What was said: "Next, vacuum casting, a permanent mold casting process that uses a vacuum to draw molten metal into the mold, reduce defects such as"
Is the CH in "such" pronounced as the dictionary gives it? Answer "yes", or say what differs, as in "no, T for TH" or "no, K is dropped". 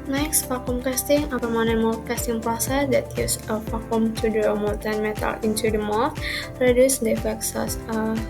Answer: no, S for CH